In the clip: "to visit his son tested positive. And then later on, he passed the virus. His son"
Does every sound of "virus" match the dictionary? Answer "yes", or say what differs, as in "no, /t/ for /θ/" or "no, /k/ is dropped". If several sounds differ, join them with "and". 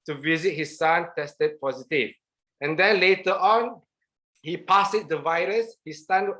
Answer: yes